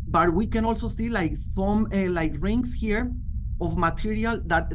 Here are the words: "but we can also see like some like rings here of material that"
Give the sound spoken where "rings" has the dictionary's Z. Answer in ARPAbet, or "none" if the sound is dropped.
S